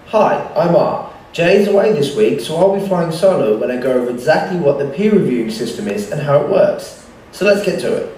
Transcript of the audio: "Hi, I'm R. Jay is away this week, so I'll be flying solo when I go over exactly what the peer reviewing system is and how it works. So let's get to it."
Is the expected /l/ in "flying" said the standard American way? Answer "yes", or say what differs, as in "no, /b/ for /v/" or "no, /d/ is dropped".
no, /l/ is dropped